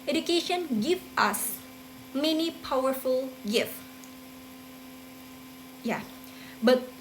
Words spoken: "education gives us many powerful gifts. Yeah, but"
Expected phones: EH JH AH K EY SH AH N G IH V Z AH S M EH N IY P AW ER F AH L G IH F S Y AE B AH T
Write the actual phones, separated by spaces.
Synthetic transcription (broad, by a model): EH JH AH K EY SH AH N G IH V AH S M EH N IY P AW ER F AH L G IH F Y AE B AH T